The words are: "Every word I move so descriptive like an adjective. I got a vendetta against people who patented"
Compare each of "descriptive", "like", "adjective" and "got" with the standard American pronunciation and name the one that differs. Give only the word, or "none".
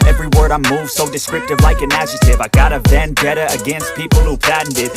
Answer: adjective